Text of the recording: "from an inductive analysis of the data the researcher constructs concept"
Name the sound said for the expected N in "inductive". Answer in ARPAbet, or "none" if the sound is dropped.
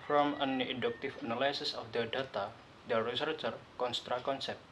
none